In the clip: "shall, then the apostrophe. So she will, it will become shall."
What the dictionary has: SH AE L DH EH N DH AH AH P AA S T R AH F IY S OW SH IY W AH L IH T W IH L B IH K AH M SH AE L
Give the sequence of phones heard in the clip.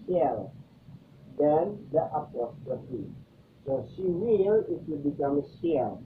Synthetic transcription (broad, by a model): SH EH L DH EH N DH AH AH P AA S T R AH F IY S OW S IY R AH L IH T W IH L B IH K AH M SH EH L